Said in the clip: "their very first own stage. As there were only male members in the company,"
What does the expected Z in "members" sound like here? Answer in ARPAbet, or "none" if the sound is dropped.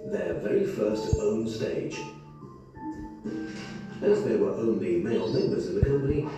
Z